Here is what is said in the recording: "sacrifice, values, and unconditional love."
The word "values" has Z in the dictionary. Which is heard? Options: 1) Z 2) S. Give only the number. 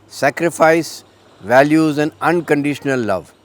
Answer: 1